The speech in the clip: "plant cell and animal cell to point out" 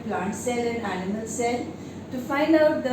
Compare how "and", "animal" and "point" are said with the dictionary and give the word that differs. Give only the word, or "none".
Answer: point